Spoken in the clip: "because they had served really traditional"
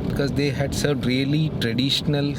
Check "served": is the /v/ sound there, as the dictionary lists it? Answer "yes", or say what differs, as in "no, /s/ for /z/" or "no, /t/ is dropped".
no, /v/ is dropped